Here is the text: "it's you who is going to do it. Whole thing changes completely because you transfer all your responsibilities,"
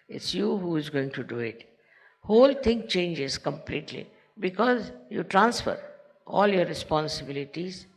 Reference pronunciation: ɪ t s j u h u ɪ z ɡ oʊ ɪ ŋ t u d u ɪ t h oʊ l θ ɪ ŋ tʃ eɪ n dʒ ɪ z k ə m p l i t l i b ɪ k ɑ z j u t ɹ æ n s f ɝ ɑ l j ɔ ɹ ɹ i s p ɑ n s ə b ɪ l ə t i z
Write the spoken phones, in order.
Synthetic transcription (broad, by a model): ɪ t s j u h u ɪ z ɡ oʊ ɪ ŋ t u d u ɪ t h oʊ l t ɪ ŋ tʃ eɪ n dʒ ɪ z k ə m p l i t l i b ɪ k ɑ z j u t ɹ æ n s f ɝ ɑ l j ɔ ɹ ɹ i s p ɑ n s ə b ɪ l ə t i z